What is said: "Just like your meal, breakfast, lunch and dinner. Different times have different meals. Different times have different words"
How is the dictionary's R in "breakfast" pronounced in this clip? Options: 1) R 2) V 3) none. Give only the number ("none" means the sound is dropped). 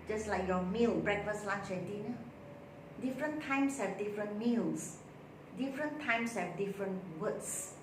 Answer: 1